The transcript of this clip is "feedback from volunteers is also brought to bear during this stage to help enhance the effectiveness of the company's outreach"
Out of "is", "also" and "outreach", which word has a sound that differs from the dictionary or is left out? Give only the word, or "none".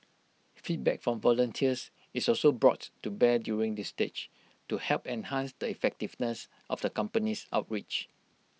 is